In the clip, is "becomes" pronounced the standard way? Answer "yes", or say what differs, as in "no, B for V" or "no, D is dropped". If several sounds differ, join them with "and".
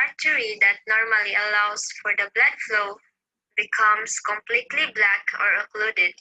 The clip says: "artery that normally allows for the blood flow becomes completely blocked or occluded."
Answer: no, S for Z